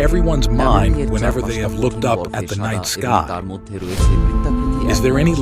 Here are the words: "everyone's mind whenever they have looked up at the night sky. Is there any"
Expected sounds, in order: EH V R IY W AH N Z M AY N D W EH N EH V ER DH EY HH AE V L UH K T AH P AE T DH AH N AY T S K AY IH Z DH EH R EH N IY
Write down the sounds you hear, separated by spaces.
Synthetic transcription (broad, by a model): EH V R IY W AH N Z M AY N D W EH N EH V ER DH EY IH V L UH K T AH P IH T DH AH N AY T S K AY IH Z DH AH R EH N IY